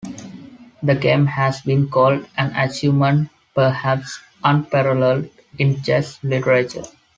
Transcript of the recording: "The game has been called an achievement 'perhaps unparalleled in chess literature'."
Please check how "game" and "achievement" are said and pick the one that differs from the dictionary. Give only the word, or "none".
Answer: achievement